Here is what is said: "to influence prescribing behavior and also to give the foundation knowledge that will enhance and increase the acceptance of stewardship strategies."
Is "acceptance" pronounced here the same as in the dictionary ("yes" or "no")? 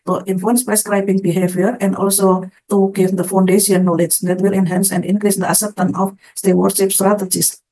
no